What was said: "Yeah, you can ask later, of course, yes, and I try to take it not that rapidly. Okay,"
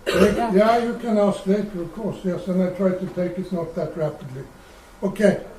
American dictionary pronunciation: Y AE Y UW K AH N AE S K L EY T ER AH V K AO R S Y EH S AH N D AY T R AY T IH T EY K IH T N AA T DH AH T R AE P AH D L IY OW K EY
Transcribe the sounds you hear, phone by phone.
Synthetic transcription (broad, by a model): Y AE Y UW K AH N AE S K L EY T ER AH V K AO R S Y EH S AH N AY T R AY T IH T EY K IH T N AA T DH AH T R AE P AH D L IY OW K EY